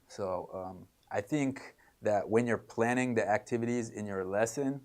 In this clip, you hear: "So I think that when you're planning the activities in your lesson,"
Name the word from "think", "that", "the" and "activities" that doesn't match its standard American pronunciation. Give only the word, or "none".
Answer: none